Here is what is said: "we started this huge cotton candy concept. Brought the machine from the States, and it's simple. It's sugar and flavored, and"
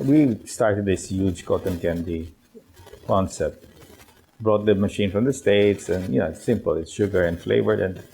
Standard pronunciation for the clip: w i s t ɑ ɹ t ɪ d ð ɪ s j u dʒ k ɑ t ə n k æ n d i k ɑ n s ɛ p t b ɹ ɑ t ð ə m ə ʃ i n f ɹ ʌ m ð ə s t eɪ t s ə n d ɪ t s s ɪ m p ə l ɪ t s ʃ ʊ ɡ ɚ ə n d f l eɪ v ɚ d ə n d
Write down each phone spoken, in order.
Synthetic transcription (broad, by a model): w i s t ɑ ɹ t ɪ d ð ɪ s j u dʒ k ɑ t ə n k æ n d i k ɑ n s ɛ t b ɹ ɑ t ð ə m ə ʃ i n f ɹ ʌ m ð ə s t eɪ t s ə n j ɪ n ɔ s ɪ m p ə l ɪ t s ʃ ʊ ɡ ɚ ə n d f l eɪ v ɚ d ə n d